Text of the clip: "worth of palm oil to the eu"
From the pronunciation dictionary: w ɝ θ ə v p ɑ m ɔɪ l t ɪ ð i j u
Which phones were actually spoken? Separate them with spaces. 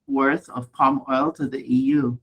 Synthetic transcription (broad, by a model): w ɝ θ ə v p ɑ m ɔɪ l t ɪ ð i j u